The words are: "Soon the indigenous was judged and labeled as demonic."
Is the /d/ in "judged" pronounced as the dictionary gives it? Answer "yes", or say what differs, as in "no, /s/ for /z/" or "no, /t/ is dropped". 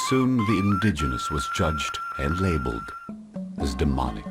yes